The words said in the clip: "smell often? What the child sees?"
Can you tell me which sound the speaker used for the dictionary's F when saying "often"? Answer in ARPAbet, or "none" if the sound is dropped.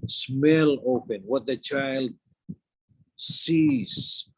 P